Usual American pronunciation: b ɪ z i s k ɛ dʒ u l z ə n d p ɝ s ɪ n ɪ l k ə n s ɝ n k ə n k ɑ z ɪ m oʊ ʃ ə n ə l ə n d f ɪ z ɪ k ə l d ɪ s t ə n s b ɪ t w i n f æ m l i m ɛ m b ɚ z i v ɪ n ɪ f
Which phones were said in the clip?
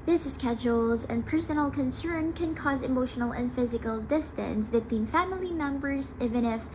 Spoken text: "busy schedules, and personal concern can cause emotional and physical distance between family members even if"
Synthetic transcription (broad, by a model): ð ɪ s s k ɛ dʒ u l z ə n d p ɝ s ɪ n l k ə n s ɝ n k ə n k ɑ z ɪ m oʊ ʃ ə n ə l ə n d f ɪ z ɪ k ə l d ɪ s t ə n s b ɪ t w i n f æ m l i m ɛ m b ɚ z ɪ v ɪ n ɪ f